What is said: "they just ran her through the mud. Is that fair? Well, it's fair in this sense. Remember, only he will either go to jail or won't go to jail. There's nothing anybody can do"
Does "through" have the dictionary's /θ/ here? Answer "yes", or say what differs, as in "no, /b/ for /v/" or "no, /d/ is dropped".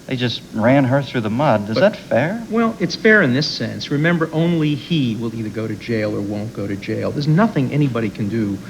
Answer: yes